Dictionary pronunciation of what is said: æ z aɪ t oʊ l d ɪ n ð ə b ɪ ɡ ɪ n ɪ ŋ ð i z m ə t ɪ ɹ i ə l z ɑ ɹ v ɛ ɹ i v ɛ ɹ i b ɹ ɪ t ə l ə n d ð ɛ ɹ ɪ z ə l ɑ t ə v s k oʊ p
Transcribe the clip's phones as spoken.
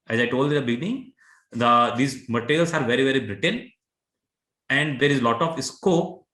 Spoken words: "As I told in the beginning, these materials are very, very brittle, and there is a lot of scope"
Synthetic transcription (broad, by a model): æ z aɪ t oʊ l d ɪ n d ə b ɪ ɡ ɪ n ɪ ŋ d i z m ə t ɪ ɹ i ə l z ɑ ɹ v ɛ ɹ i v ɛ ɹ i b ɹ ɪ t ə n ə n d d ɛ ɹ ɪ z l ɑ t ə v s k oʊ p